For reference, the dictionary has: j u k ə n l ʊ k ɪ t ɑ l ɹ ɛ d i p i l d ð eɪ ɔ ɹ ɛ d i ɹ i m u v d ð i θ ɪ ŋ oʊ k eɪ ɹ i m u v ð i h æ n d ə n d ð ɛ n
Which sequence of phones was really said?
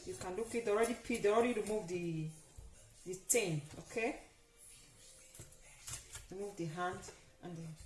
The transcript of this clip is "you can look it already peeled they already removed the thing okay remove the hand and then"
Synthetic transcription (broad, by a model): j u k ə n l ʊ k ɪ t ɑ l ɹ ɛ d i p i d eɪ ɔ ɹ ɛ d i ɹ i m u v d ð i t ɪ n oʊ k eɪ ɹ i m u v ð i h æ n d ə n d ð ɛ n